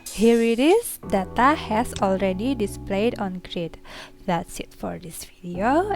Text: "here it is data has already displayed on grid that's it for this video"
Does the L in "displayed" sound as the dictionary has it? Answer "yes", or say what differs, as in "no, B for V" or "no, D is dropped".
yes